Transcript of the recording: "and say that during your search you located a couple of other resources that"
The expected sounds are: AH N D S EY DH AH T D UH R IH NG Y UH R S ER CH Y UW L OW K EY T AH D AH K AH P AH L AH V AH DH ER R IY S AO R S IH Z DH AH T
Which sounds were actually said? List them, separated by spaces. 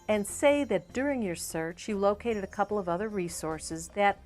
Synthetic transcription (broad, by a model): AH N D S EY DH AH T D UH R IH NG Y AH R S ER CH Y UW L OW K EY T AH D AH K AH P L AH V AH DH ER R IY S AO R S IH Z DH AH T